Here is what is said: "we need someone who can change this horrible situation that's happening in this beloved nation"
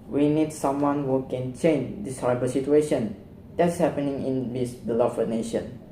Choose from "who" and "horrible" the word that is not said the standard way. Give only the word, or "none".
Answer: horrible